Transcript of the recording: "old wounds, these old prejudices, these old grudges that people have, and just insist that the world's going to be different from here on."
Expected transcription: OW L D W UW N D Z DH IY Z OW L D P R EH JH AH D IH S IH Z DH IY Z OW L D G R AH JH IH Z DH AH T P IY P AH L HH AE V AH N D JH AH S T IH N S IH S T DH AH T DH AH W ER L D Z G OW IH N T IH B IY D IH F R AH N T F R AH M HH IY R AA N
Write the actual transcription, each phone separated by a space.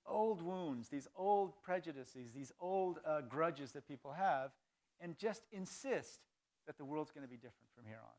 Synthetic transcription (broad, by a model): OW L D W UW N D Z DH IY Z OW L D P R EH JH AH D IH S IH Z DH IY Z OW L D G R AH JH IH Z DH AH T P IY P L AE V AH N JH AH S T IH N S IH S T DH AH T DH AH W ER L D Z G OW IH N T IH B IY D IH F R AH N T F R AH M HH IY R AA N